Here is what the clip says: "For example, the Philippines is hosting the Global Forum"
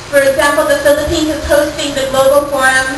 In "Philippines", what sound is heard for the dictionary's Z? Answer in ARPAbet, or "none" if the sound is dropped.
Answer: none